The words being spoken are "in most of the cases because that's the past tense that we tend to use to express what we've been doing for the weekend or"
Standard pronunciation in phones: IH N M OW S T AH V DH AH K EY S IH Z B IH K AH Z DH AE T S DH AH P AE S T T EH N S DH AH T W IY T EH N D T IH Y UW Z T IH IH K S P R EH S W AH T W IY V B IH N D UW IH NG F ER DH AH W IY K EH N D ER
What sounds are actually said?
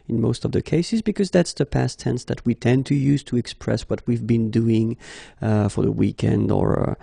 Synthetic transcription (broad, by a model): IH N M OW S T AH V DH AH K EY S IH Z B IH K AH Z DH AE T S DH AH P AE S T T EH N S DH AH T W IY T EH N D T IH Y UW Z T IH IH K S P R EH S W AH T W IY V B IH N D UW IH NG F ER DH AH W IY K EH N D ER